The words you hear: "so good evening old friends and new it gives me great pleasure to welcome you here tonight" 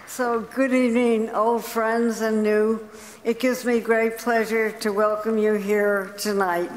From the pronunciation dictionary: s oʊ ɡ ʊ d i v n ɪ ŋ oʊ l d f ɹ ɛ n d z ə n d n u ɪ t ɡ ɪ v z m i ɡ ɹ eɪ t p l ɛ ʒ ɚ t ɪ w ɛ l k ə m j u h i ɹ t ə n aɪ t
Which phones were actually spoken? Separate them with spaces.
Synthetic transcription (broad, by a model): s oʊ ɡ ʊ d i v n ɪ ŋ oʊ l d f ɹ ɛ n d z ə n n u ɪ t ɡ ɪ v z m i ɡ ɹ eɪ t p l ɛ ʒ ɚ t ɪ w ɛ l k ə m j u h i ɹ t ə n aɪ t